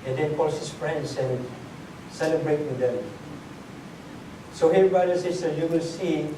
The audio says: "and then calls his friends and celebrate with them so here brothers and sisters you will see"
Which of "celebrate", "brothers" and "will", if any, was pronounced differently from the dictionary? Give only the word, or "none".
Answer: brothers